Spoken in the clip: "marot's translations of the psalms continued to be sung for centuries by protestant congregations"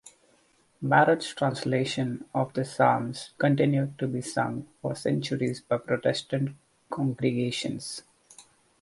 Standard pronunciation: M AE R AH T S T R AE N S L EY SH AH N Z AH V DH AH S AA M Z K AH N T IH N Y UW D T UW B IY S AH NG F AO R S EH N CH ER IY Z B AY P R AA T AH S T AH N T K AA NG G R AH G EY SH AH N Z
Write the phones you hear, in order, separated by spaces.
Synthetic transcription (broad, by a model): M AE R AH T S T R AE N S L EY SH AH N AH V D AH S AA M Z K AH N T IH N Y UW D T UW B IY S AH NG F AO R S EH N CH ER IY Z B AY P R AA T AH S T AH N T K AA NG G R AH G EY SH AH N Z